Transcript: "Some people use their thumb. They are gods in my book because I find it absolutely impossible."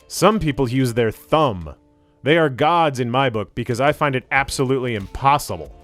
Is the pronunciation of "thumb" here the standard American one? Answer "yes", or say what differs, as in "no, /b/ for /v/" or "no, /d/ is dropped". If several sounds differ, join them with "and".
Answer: yes